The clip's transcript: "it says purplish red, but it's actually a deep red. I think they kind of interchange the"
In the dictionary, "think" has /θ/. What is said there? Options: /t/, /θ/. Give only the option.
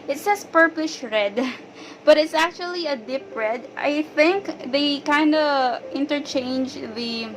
/θ/